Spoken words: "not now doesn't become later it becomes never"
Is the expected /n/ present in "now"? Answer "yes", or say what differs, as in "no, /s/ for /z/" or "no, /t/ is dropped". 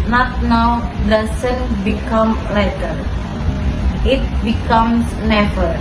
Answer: yes